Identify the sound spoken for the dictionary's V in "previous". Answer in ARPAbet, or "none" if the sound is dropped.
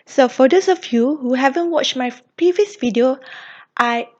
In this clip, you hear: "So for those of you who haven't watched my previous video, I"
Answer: V